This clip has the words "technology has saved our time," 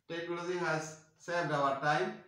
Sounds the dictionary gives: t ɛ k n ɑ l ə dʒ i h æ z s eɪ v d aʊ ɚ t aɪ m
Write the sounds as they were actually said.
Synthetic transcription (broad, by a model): t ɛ k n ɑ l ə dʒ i h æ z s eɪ d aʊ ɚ t aɪ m